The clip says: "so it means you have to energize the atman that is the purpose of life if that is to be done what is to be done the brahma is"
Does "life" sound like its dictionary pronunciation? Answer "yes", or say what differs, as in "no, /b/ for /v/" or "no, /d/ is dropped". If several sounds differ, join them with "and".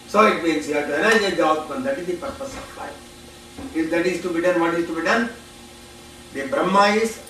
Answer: no, /f/ is dropped